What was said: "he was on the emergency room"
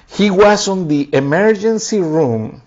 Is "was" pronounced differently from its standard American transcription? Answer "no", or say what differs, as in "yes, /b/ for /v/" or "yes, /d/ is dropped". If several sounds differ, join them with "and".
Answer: yes, /s/ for /z/